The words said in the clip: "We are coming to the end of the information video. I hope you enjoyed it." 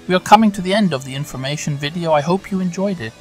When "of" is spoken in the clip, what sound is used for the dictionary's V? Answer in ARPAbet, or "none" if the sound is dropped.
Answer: V